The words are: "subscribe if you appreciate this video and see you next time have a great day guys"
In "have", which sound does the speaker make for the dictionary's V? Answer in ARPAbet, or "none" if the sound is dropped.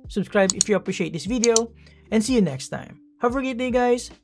F